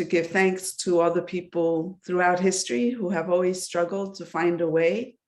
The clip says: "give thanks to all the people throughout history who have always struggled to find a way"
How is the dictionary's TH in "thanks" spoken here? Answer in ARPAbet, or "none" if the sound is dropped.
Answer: TH